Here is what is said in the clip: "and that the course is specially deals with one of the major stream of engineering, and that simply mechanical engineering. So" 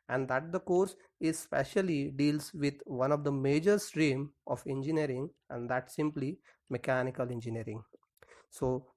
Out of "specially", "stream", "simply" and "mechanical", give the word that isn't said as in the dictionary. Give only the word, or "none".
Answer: none